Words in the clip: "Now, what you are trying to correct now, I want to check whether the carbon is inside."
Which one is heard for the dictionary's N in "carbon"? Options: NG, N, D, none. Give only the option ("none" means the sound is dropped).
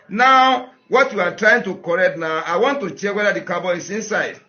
none